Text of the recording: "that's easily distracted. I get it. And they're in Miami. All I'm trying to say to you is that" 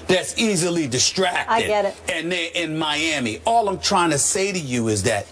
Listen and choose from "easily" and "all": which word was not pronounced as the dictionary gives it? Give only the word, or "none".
none